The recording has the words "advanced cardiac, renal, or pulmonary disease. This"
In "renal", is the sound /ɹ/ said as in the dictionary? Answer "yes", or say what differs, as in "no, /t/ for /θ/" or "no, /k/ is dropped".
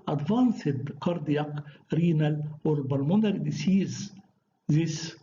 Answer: yes